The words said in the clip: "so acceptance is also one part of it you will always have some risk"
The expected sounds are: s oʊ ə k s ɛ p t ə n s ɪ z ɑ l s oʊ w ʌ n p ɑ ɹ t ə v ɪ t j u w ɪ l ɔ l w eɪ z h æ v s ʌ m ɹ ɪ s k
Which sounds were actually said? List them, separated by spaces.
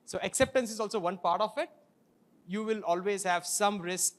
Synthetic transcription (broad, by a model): s oʊ ə k s ɛ p t ə n s ɪ z ɑ l s oʊ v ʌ n p ɑ ɹ t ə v ɪ t j u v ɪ l ɔ l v eɪ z h æ v s ʌ m ɹ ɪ s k